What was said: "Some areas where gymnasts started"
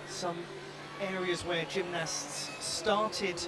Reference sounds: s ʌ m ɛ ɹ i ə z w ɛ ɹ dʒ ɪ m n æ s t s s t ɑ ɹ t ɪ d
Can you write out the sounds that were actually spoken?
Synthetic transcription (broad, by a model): s ʌ m ɛ ɹ i ə z w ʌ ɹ dʒ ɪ m n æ s t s s t ɑ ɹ t ɪ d